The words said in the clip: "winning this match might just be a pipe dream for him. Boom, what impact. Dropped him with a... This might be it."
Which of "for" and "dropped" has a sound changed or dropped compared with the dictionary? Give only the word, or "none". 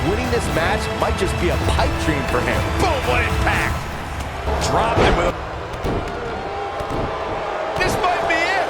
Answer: dropped